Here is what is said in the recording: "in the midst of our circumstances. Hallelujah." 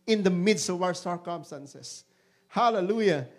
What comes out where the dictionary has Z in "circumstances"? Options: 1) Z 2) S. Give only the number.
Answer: 2